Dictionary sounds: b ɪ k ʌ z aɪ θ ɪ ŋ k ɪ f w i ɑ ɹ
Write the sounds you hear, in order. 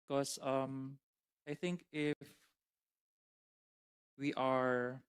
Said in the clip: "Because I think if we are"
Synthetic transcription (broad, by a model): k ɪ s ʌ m aɪ θ ɪ ŋ k ɪ f w i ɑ ɹ